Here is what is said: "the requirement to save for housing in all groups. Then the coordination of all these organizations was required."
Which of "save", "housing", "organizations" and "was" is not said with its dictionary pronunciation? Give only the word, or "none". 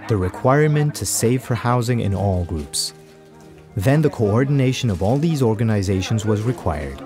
none